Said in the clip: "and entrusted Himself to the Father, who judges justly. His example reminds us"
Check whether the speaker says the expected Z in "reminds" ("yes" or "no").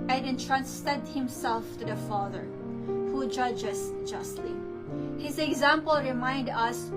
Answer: no